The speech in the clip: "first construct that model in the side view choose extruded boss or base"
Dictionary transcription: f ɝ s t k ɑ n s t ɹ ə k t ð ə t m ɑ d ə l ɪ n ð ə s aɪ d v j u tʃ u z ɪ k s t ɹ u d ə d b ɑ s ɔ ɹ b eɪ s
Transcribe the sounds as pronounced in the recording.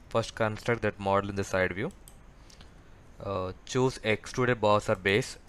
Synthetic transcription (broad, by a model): f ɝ s t k ɑ n s t ɹ ə k t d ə t m ɑ d ə l ɪ n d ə s aɪ d v j u tʃ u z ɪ k s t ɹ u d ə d b ɑ s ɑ ɹ b eɪ s